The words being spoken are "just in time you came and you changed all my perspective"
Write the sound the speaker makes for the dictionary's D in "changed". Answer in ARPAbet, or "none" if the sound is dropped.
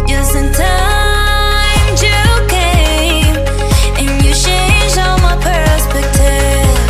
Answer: none